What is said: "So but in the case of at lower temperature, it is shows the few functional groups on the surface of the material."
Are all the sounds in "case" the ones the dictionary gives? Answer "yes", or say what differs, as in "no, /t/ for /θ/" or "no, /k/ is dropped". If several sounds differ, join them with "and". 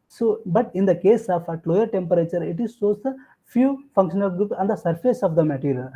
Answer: yes